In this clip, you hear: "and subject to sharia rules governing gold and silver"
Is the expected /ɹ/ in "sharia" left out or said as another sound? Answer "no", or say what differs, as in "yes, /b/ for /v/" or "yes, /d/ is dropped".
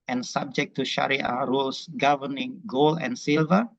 no